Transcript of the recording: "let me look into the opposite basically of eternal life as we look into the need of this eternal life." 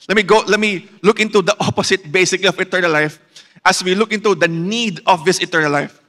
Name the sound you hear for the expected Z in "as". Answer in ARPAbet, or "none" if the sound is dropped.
S